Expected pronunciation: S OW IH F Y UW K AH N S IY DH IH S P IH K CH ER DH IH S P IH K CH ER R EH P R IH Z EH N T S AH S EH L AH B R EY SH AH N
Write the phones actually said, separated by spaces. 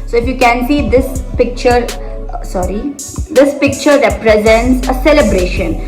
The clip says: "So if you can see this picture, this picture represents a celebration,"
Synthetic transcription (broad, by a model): S OW IH F Y UW K AH N S IY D IH S P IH K CH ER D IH S P IH K CH ER R EH P R IH Z EH N T S AH S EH L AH B R EY SH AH N